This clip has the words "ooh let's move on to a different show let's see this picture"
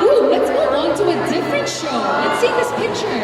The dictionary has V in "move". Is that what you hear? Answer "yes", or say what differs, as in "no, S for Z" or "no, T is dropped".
no, V is dropped